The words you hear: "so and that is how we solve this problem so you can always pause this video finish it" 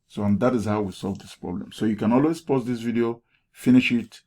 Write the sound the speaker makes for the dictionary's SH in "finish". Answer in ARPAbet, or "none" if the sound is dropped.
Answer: SH